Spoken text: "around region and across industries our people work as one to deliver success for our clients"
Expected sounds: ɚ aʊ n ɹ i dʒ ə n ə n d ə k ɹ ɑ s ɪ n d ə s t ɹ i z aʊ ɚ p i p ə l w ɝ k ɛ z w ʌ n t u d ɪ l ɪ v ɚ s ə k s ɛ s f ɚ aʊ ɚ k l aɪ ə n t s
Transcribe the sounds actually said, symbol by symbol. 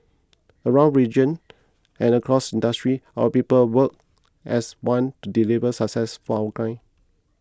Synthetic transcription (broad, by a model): ɚ aʊ n ɹ i dʒ ə n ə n ə k ɹ ɑ s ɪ n d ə s t ɹ i aʊ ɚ p i p ə l w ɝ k ɛ s w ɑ n t u d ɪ l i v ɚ s ə k s ɛ s f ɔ aʊ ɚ k aɪ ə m